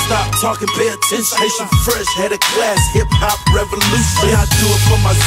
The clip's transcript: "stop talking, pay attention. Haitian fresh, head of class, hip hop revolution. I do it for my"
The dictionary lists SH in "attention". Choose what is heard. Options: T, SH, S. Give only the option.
S